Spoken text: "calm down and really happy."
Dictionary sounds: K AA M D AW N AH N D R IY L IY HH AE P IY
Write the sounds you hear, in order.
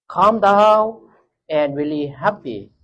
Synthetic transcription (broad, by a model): K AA M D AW AH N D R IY L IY HH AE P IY